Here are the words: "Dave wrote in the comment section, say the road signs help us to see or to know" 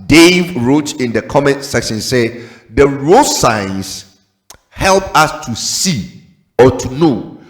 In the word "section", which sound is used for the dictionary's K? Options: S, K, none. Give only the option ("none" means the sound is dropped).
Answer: K